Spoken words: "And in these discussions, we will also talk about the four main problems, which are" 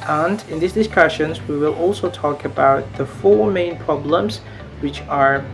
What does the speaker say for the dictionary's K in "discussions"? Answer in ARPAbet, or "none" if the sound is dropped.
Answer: K